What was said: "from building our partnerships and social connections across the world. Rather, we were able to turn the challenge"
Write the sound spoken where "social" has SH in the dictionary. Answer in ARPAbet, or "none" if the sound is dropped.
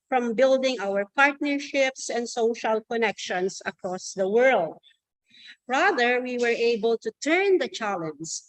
SH